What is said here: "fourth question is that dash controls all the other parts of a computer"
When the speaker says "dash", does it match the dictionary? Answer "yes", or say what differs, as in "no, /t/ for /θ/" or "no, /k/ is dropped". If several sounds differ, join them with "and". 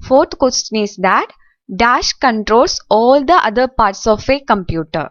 yes